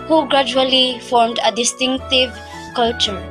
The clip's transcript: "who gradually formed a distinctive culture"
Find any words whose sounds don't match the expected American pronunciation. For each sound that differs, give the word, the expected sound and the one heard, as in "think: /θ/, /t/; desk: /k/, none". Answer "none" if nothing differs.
none